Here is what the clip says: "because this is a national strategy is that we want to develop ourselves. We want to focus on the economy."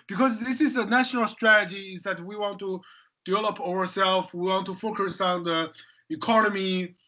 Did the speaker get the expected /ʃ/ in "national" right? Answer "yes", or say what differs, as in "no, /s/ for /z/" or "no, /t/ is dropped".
yes